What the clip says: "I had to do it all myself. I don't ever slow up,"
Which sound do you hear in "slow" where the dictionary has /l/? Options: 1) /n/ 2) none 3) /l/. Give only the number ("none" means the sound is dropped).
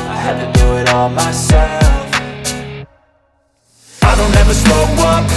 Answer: 2